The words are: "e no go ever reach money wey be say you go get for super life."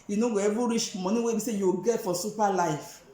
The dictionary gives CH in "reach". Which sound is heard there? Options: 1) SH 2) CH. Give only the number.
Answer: 1